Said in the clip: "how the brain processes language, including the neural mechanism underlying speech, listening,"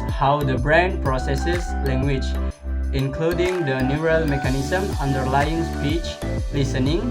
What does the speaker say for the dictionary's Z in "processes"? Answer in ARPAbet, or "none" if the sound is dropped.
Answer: S